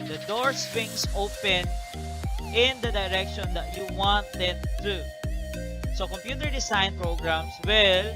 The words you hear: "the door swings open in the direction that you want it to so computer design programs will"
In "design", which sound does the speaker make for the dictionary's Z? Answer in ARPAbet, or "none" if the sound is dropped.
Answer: S